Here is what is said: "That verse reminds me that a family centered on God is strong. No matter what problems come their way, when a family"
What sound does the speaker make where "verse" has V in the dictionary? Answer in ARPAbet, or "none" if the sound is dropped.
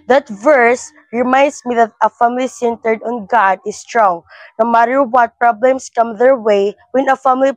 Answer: V